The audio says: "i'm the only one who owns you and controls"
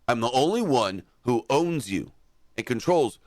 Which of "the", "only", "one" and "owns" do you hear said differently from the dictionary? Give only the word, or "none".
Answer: none